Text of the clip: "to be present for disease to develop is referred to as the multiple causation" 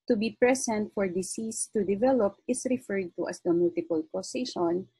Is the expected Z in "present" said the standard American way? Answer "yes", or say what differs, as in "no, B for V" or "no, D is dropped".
no, S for Z